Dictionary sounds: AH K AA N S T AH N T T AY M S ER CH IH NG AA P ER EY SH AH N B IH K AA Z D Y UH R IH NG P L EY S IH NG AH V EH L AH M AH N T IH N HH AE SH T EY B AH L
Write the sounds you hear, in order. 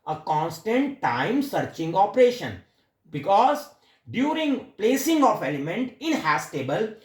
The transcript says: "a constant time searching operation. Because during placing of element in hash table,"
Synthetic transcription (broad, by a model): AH K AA N S T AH N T T AY M S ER CH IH NG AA P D EY SH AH N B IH K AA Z D Y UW R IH NG P L EY S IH NG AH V EH L AH M AH N T IH N HH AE S T EY B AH L